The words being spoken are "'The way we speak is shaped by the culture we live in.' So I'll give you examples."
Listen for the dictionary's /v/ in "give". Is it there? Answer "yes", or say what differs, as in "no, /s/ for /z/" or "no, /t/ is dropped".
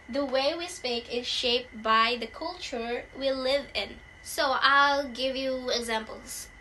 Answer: yes